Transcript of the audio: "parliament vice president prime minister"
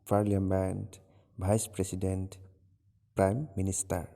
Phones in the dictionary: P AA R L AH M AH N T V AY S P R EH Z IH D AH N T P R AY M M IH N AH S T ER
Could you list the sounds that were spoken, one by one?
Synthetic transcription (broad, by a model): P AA R L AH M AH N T B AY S P R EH S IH D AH N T P R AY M M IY N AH S T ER